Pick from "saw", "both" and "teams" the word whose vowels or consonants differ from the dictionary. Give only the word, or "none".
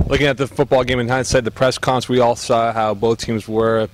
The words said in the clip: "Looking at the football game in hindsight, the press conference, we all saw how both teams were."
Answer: none